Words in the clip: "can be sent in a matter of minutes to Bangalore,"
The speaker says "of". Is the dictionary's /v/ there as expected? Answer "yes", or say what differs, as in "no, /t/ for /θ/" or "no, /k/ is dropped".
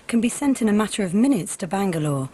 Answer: yes